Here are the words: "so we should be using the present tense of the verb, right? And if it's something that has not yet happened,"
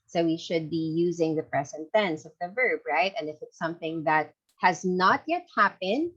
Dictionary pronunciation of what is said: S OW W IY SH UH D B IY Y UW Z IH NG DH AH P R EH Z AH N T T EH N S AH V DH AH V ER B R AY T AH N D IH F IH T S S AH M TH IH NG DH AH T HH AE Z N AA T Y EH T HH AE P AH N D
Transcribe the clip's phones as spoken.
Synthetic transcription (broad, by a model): S OW W IY SH UH D B IY Y UW Z IH NG DH AH P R EH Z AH N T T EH N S AH V DH AH V ER B R AY T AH N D IH F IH T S S AH M TH IH NG DH AH T HH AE Z N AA T Y EH T HH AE P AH N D